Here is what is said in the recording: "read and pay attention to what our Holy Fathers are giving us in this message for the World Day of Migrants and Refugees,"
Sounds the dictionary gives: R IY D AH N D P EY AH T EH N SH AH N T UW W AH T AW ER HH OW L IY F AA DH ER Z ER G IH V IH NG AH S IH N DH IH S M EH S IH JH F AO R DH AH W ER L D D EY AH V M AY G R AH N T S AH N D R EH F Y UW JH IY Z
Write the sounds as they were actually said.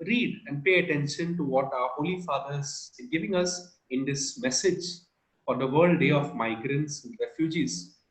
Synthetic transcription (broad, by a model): R IY D AH N D P EY AH T EH N SH AH N T UW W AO T AW ER HH OW L IY F AA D ER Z G IH V IH NG AH S IH N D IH S M EH S IH JH F AO R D AH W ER L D D EY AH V M AY G R AH N T S AH N D R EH F Y UW JH IY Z